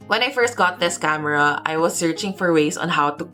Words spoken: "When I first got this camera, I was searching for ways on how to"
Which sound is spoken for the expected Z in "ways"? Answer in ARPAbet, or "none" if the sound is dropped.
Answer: S